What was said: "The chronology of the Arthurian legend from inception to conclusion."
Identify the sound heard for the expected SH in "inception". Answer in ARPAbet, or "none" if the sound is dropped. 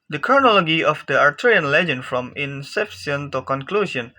S